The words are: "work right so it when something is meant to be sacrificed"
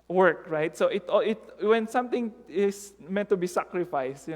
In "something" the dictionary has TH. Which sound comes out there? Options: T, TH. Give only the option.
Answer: T